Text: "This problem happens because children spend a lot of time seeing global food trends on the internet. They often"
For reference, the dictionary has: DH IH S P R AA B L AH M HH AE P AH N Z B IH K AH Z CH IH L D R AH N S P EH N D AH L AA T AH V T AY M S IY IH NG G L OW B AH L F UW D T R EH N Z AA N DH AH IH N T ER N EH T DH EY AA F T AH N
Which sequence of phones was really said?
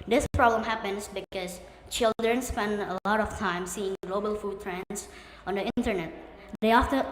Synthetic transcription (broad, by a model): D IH S P R AA B L AH M HH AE P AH N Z B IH K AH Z CH IH L D R AH N S P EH N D AH L AA T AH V T AY M S IY IH NG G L OW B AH L F UW D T R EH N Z AA N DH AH IH N T ER N EH T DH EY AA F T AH